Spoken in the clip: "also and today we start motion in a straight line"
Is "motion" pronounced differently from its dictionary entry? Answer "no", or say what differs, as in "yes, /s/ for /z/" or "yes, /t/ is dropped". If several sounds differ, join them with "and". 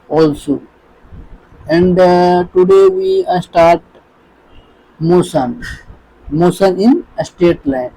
yes, /s/ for /ʃ/